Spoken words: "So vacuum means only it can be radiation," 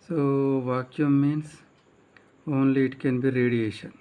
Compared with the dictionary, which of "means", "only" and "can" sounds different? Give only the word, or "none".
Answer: means